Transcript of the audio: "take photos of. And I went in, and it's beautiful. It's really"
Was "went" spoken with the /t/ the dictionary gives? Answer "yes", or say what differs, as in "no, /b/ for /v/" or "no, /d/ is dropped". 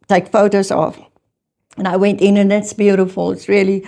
yes